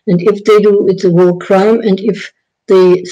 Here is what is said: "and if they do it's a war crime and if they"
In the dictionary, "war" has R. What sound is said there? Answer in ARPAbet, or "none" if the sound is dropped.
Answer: L